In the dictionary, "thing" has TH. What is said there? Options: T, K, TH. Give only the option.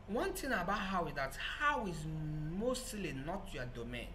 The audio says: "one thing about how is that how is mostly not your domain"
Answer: T